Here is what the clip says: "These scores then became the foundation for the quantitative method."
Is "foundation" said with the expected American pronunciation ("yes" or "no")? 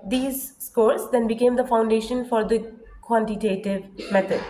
yes